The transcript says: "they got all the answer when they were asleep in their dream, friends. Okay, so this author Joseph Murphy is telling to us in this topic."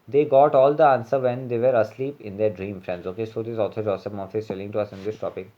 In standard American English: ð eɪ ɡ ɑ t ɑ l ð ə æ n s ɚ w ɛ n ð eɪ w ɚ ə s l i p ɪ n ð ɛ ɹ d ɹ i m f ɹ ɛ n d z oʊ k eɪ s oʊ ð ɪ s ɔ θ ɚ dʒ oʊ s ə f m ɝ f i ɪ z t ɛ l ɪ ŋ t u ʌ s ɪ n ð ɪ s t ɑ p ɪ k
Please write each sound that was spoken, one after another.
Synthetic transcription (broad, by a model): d eɪ ɡ ɑ t ɑ l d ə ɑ n s ɚ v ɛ n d eɪ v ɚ ə s l i p ɪ n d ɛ ɹ d ɹ i m f ɹ ɛ n d z oʊ k eɪ s oʊ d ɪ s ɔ t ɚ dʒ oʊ s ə p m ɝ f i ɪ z t ɛ l ɪ ŋ t u ʌ s ɪ n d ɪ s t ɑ p ɪ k